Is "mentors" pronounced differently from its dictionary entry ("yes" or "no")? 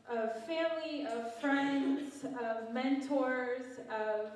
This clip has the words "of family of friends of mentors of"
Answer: no